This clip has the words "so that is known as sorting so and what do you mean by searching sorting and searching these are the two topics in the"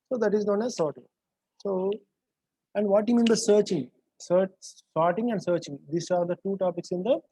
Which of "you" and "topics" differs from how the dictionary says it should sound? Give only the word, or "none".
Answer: none